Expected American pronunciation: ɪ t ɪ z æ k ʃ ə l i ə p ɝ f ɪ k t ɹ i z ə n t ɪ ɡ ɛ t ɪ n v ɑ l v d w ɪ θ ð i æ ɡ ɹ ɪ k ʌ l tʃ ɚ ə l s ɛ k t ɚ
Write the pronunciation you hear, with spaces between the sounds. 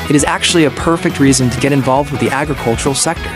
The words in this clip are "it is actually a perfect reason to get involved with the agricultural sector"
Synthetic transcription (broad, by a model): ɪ t ɪ z æ k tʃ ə l i ə p ɝ f ɪ k t ɹ i z ə n t ɪ ɡ ɛ t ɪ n v ɑ l v d w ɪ ð i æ ɡ ɹ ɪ k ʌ l tʃ ɚ l s ɛ k t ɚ